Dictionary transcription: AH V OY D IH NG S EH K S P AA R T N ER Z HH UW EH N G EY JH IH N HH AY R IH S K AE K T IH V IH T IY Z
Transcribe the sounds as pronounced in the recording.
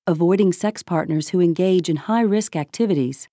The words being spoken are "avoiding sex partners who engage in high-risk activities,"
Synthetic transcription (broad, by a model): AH V OY D IH NG S EH K S P AA R T N ER Z HH UW EH N G EY JH IH N HH AY R IH S K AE K T IH V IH T IY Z